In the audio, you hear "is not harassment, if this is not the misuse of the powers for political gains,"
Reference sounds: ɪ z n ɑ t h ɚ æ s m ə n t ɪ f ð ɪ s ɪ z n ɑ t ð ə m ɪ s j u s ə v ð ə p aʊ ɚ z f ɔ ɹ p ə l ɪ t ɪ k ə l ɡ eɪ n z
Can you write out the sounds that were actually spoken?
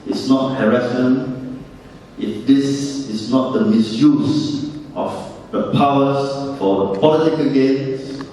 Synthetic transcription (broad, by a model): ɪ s n ɑ t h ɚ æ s ə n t ɪ f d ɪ s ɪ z n ɑ t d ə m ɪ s j u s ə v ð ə p aʊ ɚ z f ɔ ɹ p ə l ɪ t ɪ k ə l ɡ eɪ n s